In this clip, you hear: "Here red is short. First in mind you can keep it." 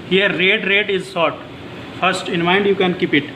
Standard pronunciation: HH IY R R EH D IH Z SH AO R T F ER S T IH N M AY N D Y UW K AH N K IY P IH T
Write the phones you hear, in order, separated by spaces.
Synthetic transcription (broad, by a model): HH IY R R EH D IH Z S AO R T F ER S T IH N M AY N D Y UW K AH N K IY P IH T